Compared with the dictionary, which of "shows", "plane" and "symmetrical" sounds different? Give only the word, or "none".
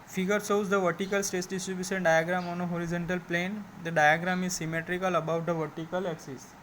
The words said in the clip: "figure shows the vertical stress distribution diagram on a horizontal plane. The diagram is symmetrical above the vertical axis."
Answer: shows